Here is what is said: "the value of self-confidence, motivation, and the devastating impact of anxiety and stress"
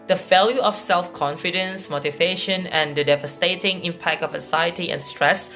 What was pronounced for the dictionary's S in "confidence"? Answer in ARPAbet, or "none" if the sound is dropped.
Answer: S